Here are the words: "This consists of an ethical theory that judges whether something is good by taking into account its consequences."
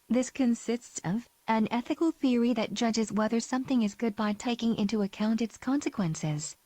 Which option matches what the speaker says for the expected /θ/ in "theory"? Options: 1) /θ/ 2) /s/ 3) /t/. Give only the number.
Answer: 1